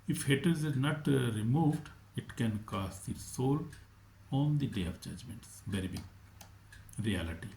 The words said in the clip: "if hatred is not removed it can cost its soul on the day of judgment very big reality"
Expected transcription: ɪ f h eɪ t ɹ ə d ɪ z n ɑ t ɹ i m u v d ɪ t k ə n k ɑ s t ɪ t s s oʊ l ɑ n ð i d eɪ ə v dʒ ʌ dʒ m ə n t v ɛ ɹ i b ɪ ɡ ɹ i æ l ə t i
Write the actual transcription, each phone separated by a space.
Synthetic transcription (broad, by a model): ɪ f h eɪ t ə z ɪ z n ɑ t ɹ i m u v d ɪ t k ə n k ɑ s t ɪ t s s oʊ l ɑ n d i d eɪ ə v dʒ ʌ dʒ m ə n t v ɛ ɹ i b ɪ ɡ ɹ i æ l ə t i